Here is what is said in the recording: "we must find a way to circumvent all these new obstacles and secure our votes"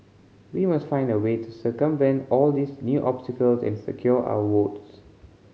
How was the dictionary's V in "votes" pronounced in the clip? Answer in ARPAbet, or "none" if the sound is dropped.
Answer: W